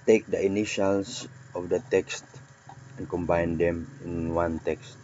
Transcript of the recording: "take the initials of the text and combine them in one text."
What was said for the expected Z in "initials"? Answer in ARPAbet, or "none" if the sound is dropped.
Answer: S